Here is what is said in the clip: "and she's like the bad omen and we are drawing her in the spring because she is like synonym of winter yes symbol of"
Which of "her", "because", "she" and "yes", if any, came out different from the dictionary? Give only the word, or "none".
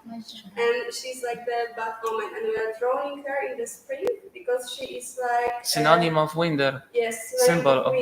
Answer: none